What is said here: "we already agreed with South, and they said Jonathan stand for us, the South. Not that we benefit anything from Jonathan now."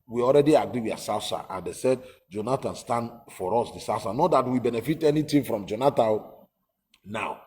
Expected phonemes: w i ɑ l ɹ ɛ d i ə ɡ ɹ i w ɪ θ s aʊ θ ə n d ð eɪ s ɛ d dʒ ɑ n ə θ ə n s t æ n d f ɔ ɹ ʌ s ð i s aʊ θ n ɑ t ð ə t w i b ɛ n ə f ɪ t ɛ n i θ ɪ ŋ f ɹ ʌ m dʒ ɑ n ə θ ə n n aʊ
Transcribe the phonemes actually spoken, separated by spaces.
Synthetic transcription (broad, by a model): w i ɑ l ɹ ɛ d i ə ɡ ɹ i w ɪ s s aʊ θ ə n d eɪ s ɛ d dʒ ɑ n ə t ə n s t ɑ n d f ɔ ɹ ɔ s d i s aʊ s n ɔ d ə t w i b ɛ n ə f ɪ t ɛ n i t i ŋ f ɹ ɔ m dʒ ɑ n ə t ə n n aʊ